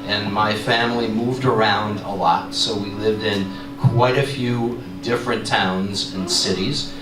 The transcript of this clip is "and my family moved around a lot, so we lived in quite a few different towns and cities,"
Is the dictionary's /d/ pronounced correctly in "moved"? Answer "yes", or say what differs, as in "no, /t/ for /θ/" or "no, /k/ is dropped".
yes